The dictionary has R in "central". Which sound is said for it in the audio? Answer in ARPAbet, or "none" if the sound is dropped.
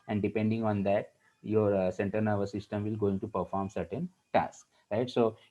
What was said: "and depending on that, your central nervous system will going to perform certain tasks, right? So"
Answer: none